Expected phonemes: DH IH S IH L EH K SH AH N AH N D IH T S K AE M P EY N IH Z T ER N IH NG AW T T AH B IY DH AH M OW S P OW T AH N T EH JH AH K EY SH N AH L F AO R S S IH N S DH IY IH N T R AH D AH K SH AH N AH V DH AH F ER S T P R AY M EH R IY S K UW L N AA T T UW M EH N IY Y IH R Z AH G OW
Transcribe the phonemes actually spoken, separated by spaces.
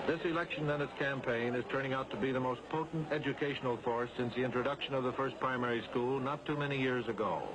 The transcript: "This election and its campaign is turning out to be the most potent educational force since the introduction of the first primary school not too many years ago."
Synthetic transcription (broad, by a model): DH IH S IH L EH K SH AH N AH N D IH T S K AE M P EY N IH Z T ER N IH NG AW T T AH B IY DH AH M OW S P OW T N T EH JH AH K EY SH N L F AO R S S IH N S DH IY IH N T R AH D AH K SH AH N AH V DH AH F ER S P R AY M EH R IY S K UW L N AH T T UW M EH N IY Y IH R Z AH G OW